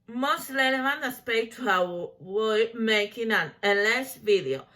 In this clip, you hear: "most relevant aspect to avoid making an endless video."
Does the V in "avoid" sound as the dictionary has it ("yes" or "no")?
no